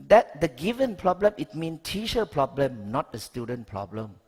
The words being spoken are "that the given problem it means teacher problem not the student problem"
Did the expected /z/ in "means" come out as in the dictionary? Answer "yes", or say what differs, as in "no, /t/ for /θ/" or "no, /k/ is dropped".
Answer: no, /z/ is dropped